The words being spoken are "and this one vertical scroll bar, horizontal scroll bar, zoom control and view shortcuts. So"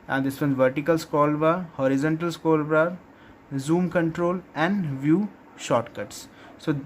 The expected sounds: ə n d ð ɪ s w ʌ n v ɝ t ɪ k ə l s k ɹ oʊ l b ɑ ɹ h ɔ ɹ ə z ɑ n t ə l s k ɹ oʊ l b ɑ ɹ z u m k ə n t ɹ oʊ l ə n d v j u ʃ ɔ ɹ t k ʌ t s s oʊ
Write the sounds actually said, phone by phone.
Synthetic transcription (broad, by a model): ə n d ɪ s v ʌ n v ɝ t ɪ k ə l s k oʊ l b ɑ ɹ h ɔ ɹ ə z ɑ n t ə l s k oʊ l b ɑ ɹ z u m k ə n t ɹ oʊ l ə n d v j u ʃ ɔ t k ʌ t s s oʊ